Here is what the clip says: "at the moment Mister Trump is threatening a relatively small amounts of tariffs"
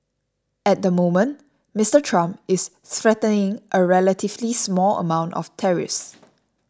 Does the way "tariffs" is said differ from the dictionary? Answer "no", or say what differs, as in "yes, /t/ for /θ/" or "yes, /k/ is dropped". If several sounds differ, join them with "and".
yes, /f/ is dropped